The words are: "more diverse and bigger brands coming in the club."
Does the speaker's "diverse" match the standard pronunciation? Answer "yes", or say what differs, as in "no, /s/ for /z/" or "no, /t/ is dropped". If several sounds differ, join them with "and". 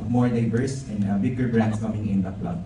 no, /b/ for /v/